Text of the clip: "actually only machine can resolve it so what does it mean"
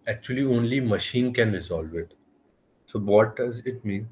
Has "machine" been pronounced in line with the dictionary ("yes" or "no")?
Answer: yes